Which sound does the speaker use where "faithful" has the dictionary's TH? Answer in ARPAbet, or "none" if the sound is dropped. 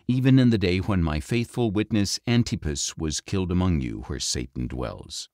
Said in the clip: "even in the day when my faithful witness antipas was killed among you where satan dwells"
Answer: TH